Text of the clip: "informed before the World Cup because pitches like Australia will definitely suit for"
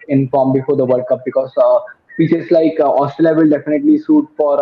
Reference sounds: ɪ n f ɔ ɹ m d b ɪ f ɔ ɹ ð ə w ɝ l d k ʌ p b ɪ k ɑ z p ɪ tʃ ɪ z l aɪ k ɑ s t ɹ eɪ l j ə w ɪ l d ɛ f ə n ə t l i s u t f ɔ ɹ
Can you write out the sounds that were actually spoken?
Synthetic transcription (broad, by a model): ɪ n f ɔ ɹ m b ɪ f ɔ ɹ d ə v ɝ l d k ʌ p b ɪ k ɑ z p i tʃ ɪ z l aɪ k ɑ s t eɪ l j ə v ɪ l d ɛ f ə n ə t l i s u t f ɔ ɹ